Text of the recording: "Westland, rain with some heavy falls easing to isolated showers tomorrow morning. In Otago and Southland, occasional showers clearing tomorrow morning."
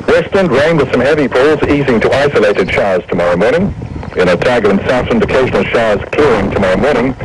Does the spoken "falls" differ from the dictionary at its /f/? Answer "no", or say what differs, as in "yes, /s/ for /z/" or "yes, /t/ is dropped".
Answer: yes, /p/ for /f/